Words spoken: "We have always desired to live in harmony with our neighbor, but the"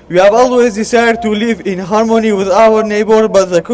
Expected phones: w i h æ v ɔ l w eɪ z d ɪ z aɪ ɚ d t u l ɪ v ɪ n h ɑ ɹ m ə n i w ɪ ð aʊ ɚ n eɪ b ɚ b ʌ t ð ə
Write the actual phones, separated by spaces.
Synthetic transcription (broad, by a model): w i h æ v ɔ l w eɪ z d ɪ s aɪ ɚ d t u l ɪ v ɪ n h ɑ ɹ m ə n i w ɪ ð aʊ ɚ n eɪ b ɚ b ʌ t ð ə